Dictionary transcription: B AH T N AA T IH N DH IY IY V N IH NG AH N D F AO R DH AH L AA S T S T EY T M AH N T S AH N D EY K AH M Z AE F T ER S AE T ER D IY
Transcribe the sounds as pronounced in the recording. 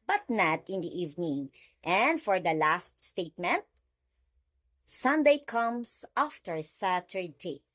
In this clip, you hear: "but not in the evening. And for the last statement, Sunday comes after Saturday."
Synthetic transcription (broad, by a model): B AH T N AA T IH N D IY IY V N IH NG AH N D F AO R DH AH L AA S T S T EY T M AH N T S AH N D EY K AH M S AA F T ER S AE T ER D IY